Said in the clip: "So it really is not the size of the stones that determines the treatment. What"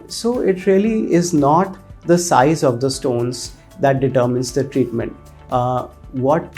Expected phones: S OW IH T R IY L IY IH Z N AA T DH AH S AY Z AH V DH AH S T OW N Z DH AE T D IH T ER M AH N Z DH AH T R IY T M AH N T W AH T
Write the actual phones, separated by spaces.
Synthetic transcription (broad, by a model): S OW IH T R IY L IY IH Z N AA T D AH S AY Z AH V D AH S T OW N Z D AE T D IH T ER M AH N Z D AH T R IY T M AH N T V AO T